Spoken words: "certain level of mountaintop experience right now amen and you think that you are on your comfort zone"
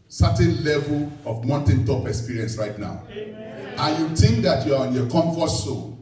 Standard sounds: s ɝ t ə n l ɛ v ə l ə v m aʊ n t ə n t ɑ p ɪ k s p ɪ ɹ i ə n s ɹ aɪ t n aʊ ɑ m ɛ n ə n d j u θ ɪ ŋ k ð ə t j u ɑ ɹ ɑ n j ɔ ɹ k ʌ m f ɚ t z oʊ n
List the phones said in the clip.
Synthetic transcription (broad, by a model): s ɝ t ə n l ɛ v ə l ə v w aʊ n t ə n t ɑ p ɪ k s p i ɹ i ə n s ɹ aɪ t n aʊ ɑ ʊ ə n j u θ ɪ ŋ k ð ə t j u ɑ ɹ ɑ n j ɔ k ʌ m f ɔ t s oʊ